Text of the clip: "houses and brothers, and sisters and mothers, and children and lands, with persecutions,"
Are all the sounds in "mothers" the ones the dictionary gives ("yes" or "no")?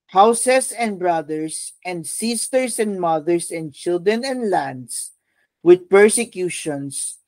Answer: no